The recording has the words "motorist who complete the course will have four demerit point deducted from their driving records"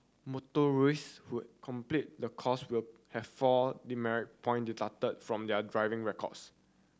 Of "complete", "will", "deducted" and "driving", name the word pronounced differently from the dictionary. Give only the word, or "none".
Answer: deducted